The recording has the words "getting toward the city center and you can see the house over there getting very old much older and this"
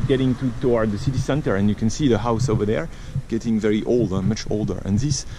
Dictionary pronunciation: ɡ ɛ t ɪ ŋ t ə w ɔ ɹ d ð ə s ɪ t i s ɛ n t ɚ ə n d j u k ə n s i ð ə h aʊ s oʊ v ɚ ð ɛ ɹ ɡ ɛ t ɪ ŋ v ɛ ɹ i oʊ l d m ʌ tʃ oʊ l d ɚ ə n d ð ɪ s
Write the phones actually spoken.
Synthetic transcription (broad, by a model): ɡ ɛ t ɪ ŋ t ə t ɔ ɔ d ð ə s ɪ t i s ɛ n t ɚ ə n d j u k ə n s i ð ə h aʊ s oʊ v ɚ ð ɛ ɹ ɡ ɛ t ɪ ŋ v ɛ ɹ i oʊ l d m ʌ tʃ oʊ l d ɚ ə n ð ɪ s